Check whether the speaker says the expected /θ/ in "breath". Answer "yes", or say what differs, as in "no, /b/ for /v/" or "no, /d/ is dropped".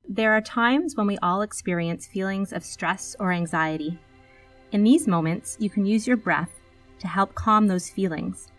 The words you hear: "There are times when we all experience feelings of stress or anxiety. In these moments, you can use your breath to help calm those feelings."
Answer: yes